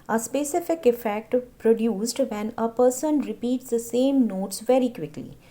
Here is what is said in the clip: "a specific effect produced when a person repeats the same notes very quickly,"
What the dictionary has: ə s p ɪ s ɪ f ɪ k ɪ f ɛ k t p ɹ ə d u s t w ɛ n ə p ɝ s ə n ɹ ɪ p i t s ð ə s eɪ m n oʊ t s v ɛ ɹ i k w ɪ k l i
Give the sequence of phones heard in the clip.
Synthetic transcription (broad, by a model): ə s p ɪ s ɪ f ɪ k ɪ f ɛ k t p ɹ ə d u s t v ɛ n ə p ɝ s ə n ɹ ɪ p i t s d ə s eɪ m n oʊ t s v ɛ ɹ i k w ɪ k l i